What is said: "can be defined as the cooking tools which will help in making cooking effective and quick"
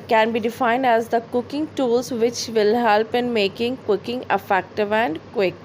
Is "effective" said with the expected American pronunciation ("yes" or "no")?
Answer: yes